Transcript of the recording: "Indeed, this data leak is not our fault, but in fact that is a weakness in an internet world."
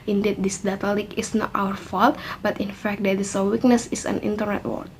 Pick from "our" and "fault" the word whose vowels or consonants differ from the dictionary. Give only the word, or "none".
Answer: none